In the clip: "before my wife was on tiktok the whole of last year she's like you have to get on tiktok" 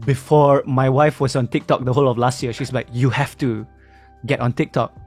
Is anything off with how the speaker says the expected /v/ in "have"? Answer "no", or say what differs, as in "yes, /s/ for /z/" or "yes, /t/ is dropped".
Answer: yes, /f/ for /v/